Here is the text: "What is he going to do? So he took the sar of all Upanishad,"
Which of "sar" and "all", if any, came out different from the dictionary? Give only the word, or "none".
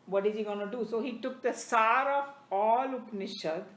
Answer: none